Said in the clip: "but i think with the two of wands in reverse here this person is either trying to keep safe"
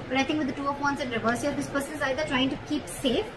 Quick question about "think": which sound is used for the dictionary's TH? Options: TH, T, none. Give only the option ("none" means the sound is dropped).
T